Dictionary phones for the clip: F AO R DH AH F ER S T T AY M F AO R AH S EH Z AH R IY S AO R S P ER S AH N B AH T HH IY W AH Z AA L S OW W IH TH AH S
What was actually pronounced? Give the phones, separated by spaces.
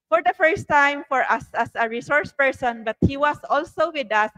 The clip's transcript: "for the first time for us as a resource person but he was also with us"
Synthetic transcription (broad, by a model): F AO R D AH F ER S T T AY M F AO R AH S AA S AH R IY S AO R S P ER S AH N B AH T HH IY W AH S AA L S OW W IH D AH S